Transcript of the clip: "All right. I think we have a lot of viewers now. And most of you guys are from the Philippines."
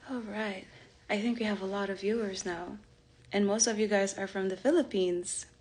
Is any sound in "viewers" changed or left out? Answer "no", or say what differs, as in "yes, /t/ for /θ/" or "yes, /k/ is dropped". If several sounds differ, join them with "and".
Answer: no